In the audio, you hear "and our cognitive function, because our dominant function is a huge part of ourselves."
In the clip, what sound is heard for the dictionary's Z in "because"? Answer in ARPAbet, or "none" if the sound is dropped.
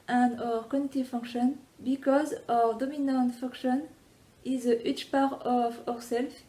Z